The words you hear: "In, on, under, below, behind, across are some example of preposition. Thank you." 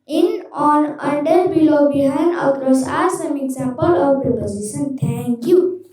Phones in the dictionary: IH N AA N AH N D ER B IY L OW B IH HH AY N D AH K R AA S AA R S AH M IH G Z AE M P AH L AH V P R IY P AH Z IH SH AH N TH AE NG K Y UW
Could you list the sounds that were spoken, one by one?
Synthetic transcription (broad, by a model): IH N AA N AH N D ER B IY L OW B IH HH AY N AH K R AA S AA R S AH M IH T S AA P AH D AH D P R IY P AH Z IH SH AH N T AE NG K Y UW